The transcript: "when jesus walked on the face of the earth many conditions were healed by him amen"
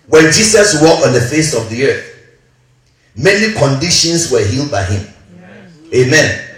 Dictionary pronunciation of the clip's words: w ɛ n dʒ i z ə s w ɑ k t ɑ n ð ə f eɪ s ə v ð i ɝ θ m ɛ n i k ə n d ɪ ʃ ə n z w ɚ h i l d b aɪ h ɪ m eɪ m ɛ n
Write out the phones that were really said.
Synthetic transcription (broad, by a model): w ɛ n dʒ i s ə s w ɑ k ɑ n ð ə f eɪ s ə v ð i ɝ θ m ɛ n i k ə n d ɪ ʃ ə n s w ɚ h i l d b aɪ h ɪ m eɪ m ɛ n